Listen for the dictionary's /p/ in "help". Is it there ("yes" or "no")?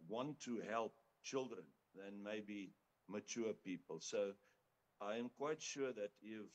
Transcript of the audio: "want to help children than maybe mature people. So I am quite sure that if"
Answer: yes